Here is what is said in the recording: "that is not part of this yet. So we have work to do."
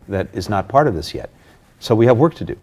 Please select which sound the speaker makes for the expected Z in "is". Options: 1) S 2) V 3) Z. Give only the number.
3